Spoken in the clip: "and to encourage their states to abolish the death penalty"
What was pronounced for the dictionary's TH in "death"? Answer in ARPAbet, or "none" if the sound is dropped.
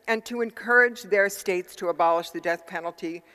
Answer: TH